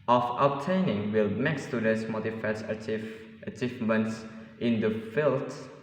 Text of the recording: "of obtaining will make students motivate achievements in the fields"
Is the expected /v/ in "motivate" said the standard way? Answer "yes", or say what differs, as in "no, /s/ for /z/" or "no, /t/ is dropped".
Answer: no, /f/ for /v/